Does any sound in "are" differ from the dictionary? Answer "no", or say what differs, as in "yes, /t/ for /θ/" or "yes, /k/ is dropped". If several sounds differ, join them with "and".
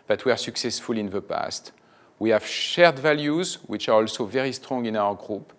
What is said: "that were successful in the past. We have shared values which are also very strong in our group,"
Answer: no